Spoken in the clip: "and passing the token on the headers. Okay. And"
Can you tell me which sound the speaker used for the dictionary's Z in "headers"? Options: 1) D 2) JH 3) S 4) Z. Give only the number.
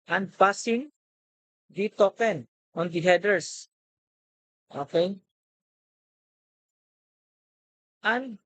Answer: 3